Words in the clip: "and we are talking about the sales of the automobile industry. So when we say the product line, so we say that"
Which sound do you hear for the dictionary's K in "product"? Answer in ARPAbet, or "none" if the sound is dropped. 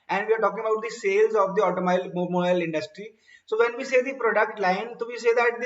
K